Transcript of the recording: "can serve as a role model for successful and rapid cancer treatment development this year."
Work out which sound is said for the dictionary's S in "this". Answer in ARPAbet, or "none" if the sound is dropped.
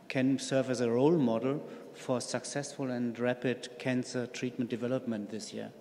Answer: S